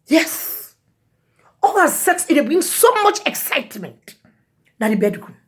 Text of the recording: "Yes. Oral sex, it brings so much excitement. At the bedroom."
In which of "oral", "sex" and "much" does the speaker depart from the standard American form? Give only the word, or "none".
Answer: oral